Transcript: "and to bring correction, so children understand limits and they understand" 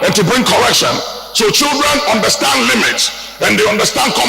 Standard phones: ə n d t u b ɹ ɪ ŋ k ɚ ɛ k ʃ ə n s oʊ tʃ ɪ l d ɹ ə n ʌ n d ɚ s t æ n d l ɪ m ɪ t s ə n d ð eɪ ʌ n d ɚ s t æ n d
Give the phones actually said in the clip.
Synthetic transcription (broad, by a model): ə n t u b ɹ ɪ ŋ k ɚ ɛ k ʃ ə n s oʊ tʃ ɪ l d ɹ ə n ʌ n d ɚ s t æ n d l ɪ m ɪ t s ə n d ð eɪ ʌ n d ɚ s t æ n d